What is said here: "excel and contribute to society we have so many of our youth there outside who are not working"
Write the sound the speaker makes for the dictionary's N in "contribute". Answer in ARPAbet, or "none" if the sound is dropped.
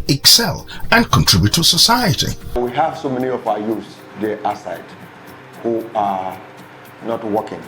N